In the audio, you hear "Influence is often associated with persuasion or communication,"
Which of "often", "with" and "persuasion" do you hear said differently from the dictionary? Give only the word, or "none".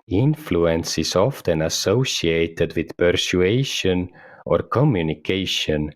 persuasion